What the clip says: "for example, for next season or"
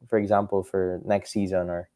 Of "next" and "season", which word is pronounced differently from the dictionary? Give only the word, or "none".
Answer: none